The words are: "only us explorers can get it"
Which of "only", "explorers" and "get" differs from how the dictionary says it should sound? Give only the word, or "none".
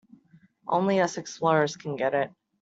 explorers